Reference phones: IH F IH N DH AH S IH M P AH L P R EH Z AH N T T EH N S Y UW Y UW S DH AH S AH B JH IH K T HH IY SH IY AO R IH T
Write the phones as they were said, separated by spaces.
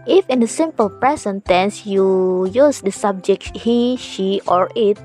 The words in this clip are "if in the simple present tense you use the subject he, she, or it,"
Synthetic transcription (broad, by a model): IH F IH N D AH S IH M P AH L P R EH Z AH N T T EH N S Y UW Y UW S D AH S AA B JH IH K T HH IY SH IY AO R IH T